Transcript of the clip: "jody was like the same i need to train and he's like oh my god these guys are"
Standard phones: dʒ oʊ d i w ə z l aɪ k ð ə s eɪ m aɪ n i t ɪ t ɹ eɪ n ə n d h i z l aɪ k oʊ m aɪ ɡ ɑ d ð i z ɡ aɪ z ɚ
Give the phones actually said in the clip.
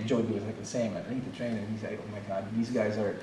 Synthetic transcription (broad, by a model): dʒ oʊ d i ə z l aɪ k ð ə s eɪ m aɪ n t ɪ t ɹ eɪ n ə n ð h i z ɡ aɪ oʊ m aɪ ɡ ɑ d ð i z ɡ aɪ z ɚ